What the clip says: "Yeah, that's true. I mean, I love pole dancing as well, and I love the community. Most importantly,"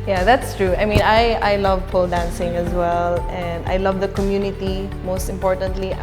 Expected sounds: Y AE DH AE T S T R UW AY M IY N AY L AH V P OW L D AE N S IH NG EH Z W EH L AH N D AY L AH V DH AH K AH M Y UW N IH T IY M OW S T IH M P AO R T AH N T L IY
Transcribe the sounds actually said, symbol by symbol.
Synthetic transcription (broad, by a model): Y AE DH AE T S T R UW AY M IY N AY L AH V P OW L D AE N S IH NG EH Z W EH L AH N D AY L AH V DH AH K AH M Y UW N IH T IY M OW S T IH M P AO R T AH N T L IY